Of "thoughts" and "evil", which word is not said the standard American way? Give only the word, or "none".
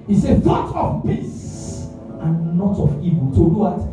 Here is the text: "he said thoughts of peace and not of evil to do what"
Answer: thoughts